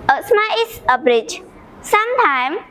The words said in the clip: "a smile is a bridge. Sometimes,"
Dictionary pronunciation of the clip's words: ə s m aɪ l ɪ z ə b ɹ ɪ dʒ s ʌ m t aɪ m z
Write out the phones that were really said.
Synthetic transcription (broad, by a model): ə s m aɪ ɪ s ə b ɹ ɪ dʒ s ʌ m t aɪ m